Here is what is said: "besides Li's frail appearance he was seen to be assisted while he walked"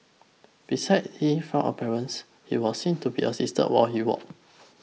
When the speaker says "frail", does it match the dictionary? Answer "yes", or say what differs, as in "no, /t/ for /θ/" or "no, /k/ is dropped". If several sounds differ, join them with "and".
no, /ɹ/ is dropped and /n/ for /l/